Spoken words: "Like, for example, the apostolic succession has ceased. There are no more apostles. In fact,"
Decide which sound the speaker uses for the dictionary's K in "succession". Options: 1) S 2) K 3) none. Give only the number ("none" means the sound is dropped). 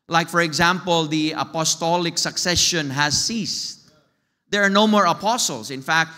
2